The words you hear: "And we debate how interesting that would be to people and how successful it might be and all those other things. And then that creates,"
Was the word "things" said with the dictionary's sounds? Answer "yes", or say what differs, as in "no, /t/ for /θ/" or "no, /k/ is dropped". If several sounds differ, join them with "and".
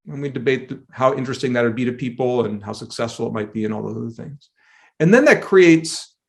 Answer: yes